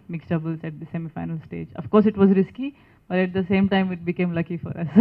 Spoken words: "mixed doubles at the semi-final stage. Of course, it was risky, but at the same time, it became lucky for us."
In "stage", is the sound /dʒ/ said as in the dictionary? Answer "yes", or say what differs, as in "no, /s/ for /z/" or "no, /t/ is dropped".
yes